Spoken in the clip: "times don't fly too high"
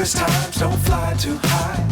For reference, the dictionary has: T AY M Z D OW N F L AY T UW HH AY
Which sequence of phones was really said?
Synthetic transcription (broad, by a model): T AY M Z D OW N F L AY T UW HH AY